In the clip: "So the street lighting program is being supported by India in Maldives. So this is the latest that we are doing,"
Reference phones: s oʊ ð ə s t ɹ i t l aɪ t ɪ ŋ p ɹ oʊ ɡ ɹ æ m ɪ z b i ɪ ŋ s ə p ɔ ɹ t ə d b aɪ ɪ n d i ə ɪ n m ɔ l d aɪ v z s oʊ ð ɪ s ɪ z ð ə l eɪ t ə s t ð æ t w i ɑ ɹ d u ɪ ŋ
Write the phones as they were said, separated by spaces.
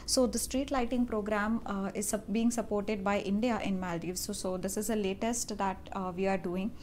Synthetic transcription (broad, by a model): s oʊ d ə s t ɹ i t l aɪ t ɪ ŋ p ɹ oʊ ɡ ɹ æ m ɪ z b i ɪ ŋ s ə p ɔ ɹ t ə d b aɪ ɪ n d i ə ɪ n m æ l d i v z s oʊ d ɪ s ɪ z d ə l eɪ t ə s t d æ t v i ɑ ɹ d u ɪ ŋ